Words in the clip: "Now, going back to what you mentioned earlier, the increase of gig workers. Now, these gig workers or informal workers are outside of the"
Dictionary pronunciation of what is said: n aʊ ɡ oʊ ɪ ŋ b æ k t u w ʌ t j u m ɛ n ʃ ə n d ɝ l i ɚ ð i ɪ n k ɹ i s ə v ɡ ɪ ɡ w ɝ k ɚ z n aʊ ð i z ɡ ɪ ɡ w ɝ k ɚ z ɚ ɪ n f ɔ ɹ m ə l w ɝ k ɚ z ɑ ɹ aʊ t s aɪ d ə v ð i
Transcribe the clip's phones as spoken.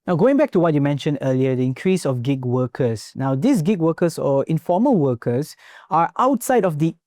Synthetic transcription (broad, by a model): n aʊ ɡ oʊ ɪ ŋ b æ k t u w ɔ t j u m ɛ n ʃ ə n d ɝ l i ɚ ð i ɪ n k ɹ i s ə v ɡ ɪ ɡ w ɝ k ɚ s n aʊ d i s ɡ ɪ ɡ w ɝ k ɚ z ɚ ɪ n f ɔ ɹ m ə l w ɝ k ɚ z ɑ ɹ aʊ t s aɪ d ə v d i